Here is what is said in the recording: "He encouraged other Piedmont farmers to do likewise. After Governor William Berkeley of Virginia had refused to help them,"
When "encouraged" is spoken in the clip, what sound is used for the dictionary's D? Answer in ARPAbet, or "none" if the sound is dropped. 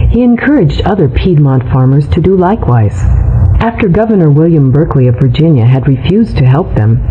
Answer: D